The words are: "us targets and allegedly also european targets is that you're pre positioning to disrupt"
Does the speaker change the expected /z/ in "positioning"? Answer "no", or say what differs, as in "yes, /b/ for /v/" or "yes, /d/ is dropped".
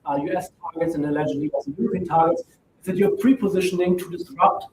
no